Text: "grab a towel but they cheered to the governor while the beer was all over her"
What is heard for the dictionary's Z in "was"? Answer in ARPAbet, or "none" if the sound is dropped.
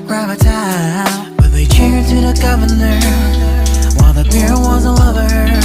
Z